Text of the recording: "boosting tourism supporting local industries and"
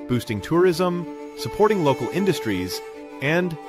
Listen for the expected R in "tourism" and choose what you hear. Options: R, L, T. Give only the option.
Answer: R